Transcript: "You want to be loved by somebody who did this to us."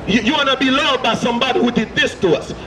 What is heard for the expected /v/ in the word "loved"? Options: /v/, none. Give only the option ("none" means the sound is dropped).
none